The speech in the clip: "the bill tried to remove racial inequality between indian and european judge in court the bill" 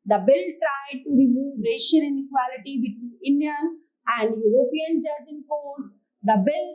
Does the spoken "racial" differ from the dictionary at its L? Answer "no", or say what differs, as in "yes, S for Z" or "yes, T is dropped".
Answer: yes, N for L